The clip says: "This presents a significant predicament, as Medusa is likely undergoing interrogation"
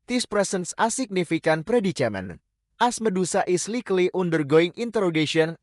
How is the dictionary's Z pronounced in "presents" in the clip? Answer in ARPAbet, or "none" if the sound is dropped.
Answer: S